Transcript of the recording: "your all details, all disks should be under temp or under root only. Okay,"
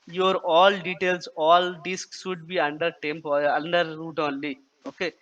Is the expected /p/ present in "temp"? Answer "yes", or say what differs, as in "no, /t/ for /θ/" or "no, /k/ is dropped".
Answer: yes